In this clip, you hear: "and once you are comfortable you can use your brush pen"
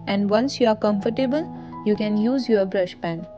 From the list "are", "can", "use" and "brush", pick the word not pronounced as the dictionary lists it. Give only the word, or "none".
none